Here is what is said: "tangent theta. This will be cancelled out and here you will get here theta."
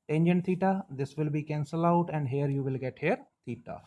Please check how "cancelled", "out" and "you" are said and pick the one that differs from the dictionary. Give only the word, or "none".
cancelled